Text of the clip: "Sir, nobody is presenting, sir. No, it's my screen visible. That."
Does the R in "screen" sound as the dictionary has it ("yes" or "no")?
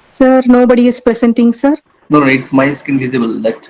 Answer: no